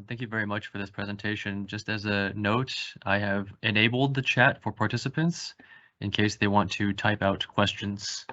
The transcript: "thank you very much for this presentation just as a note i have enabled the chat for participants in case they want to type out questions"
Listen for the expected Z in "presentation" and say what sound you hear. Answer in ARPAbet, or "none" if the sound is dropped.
Z